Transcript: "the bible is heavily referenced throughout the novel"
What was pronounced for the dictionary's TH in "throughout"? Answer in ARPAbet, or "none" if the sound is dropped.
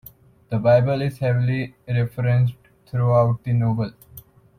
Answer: T